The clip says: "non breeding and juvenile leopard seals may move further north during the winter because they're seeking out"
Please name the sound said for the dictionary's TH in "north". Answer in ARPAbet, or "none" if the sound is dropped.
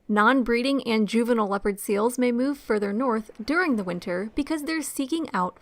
TH